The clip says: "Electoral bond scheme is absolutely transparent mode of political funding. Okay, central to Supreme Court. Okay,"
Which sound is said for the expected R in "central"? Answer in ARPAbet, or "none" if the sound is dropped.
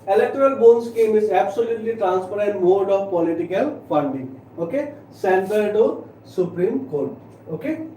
none